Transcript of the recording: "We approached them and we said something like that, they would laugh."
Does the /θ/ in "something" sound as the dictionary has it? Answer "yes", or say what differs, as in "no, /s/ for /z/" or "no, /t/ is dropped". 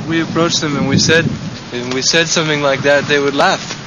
yes